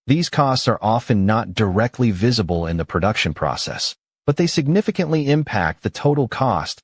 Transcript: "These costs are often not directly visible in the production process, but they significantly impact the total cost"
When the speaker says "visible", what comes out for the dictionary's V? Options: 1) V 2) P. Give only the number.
1